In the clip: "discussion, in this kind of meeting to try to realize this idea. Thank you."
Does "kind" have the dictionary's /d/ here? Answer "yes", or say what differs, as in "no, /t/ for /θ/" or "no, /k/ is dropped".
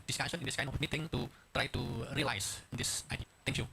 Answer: no, /d/ is dropped